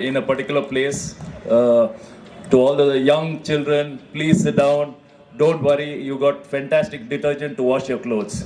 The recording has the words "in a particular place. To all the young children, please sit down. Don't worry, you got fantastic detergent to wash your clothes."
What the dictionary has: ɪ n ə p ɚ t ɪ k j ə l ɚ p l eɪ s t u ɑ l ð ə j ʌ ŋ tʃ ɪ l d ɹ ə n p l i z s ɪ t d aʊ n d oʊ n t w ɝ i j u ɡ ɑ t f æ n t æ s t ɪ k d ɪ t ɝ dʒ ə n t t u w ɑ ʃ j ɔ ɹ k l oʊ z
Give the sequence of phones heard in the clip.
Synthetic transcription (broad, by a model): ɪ n ə p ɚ t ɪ k j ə l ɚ p l eɪ s t u ɑ l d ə j ʌ ŋ tʃ ɪ l d ɹ ə n p l i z s ɪ t d aʊ n d oʊ n t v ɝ i j u ɡ ɑ t f æ n t æ s t ɪ k d ɪ t ɝ dʒ ə n t t u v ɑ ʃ j ɔ ɹ k l oʊ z